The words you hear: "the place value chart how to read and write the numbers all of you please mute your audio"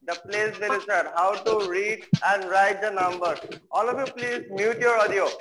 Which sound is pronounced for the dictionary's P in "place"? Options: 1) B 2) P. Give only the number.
2